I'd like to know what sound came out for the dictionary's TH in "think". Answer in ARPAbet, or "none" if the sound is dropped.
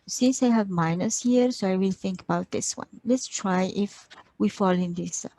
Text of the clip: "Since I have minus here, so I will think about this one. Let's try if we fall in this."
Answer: TH